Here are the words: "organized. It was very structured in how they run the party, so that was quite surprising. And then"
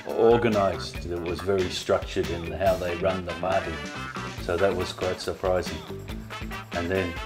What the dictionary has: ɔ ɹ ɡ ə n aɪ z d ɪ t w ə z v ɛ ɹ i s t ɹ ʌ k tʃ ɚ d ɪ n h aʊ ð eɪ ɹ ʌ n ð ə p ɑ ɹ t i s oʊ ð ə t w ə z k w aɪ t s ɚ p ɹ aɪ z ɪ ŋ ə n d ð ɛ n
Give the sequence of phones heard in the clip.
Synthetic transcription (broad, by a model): ɔ ɹ ɡ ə n aɪ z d ɪ t w ə z v ɛ ɹ i s t ɹ ʌ k tʃ ɚ d ɪ n h aʊ ð eɪ ɹ ʌ n ð ə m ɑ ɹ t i s oʊ ð ə t w ə z k w aɪ t s ɚ p ɹ aɪ z ɪ ŋ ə n ð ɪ n